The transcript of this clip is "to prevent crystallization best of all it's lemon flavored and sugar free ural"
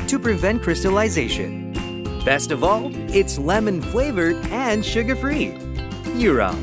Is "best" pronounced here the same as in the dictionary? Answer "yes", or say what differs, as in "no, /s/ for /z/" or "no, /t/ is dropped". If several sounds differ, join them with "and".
yes